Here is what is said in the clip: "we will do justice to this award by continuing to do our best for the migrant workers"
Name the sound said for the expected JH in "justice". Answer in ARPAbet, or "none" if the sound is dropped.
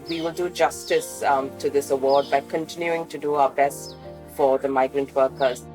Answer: JH